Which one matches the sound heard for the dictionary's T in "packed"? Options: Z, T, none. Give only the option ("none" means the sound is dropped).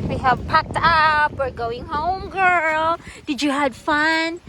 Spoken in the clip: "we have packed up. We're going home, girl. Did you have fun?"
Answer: T